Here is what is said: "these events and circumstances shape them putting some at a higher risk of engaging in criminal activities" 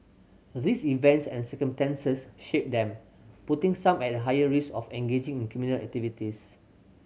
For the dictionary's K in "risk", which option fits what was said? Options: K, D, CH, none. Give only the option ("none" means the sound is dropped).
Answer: none